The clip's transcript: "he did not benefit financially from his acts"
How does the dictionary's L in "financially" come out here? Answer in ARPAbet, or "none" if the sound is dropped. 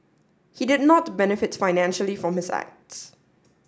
L